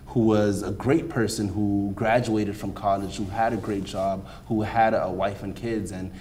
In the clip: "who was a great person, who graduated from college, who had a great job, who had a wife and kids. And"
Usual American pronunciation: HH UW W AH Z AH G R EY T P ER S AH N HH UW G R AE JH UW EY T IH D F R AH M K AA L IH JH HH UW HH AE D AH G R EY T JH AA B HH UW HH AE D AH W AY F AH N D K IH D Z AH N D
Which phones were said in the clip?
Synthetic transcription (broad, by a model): HH UW W AH Z AH G R EY T P ER S AH N HH UW G R AE JH UW EY T IH D F R AH M K AA L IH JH HH UW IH D AH G R EY T JH AA B HH UW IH D AH W AY F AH N K IH D Z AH N